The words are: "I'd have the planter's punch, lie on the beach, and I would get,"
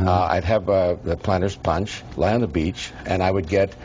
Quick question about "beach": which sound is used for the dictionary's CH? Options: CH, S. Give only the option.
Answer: CH